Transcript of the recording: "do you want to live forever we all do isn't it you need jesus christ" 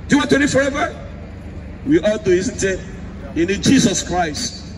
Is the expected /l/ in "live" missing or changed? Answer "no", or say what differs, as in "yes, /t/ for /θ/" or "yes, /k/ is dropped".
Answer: yes, /n/ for /l/